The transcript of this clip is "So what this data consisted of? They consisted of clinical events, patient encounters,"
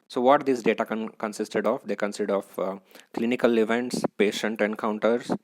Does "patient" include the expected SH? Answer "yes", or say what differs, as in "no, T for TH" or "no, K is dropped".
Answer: yes